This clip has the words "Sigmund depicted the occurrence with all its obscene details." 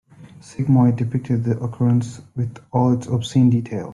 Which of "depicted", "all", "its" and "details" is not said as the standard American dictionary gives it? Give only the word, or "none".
details